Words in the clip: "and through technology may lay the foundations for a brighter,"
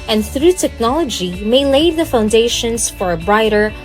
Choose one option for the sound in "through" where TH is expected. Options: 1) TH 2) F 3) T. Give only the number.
1